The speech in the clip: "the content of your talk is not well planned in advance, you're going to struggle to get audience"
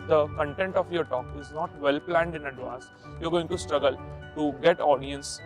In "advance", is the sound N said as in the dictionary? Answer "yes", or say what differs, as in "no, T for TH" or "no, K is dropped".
no, N is dropped